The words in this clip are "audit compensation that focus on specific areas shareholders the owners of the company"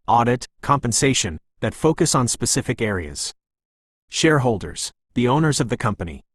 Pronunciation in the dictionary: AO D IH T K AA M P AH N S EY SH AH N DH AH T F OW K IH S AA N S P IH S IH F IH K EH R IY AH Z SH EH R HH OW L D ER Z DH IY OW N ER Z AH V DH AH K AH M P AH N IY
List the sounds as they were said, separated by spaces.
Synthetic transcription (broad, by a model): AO D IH T K AA M P AH N S EY SH AH N DH AH T F OW K IH S N S P IH S IH F IH K EH R IY AH Z SH EH R HH OW L D ER Z DH IY OW N ER Z AH V DH AH K AH M P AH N IY